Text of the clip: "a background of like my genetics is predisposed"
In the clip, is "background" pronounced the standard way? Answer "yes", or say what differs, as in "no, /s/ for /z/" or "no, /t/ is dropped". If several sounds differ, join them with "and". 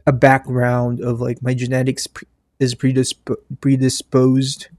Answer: yes